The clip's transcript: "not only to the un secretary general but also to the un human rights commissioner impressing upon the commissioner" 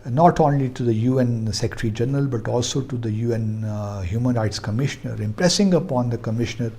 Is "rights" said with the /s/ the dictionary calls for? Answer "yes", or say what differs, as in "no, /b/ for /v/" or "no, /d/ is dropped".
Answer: yes